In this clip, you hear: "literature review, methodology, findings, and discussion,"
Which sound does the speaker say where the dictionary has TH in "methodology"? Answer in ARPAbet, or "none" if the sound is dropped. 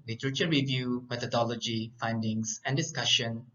T